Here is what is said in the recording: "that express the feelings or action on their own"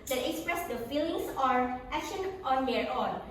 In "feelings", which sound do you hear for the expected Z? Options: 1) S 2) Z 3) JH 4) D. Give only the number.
1